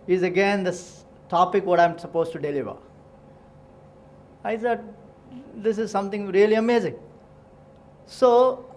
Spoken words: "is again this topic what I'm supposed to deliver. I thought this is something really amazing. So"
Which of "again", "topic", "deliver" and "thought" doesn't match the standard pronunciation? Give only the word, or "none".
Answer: thought